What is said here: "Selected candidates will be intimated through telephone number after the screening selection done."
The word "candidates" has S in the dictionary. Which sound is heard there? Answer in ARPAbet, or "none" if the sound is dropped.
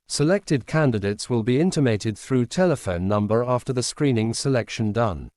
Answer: S